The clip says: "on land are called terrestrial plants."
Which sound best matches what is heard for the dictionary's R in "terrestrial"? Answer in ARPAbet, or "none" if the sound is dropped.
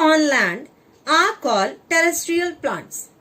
R